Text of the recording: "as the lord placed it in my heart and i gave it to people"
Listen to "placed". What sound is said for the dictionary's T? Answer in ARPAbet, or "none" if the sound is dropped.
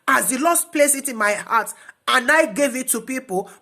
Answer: none